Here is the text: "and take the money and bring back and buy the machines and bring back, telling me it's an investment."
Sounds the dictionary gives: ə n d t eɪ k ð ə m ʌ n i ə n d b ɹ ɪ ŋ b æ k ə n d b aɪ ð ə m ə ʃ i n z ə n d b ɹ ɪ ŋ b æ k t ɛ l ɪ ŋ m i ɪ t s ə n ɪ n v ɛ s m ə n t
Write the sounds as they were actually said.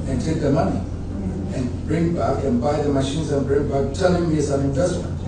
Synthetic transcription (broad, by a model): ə n t eɪ k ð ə m ʌ n i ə n b ɹ ɪ ŋ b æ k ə n b aɪ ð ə m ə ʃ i n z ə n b ɹ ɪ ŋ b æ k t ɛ n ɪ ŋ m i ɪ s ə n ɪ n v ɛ s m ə n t